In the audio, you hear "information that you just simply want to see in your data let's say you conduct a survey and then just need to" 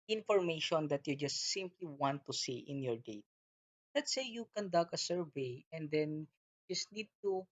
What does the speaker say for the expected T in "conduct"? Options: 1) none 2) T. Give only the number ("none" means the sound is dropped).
1